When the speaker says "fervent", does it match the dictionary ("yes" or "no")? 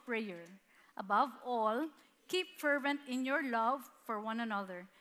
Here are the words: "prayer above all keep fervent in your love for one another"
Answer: yes